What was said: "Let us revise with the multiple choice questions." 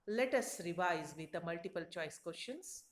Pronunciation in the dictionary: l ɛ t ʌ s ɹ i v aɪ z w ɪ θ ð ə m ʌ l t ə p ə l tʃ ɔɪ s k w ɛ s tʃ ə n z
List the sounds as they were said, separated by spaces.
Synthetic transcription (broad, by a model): l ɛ t ʌ s ɹ i v aɪ z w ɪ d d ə m ʌ l t ə p ə l tʃ ɔɪ s k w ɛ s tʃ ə n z